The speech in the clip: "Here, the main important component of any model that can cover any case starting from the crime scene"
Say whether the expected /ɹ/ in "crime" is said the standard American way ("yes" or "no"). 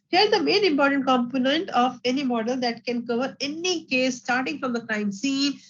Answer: no